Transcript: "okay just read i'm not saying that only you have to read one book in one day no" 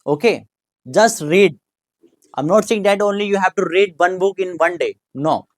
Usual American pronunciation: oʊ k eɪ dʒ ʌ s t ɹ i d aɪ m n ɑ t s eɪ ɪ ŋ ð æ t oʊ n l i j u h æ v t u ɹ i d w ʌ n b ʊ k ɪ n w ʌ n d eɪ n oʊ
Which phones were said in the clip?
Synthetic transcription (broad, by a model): oʊ k eɪ dʒ ʌ s t ɹ i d aɪ m n ɑ t s eɪ ɪ ŋ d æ t oʊ n l i j u h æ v t u ɹ i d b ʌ n b ʊ k ɪ n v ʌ n d eɪ n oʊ